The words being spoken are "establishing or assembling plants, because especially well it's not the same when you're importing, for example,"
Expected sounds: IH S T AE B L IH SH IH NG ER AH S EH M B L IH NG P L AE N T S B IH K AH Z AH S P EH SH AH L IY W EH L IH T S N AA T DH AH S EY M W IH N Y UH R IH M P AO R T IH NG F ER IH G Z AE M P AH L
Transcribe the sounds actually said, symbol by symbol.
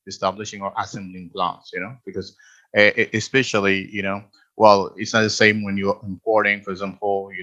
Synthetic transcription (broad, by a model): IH S T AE B L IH SH IH NG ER AH S EH M B L IH NG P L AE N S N B IH K AH Z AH S P EH SH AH N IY W EH L IH T S N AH T DH AH S EY M W IH N Y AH R IH M P AO R T IH NG F ER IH G Z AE M P L